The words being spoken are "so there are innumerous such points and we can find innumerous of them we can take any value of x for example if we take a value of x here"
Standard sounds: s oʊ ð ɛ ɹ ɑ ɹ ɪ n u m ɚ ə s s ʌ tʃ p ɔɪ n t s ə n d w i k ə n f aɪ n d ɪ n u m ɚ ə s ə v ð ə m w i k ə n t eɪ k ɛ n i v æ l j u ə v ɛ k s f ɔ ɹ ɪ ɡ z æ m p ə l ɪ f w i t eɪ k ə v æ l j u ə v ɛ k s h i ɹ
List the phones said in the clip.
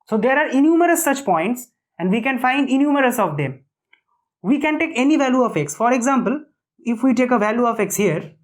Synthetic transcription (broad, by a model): s oʊ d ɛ ɹ ɑ ɹ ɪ n u m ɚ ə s s ʌ tʃ p ɔɪ n t s ə n d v i k ə n f aɪ n d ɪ n u m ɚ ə s ə v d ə m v i k ə n t eɪ k ɛ n i v æ l j u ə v ɛ k s f ɔ ɹ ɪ ɡ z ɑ m p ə l ɪ f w i t eɪ k ə v æ l j u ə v ɛ k s h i ɹ